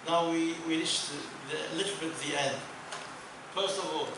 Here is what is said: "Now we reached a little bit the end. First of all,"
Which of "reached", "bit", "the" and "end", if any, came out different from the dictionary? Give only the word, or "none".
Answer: reached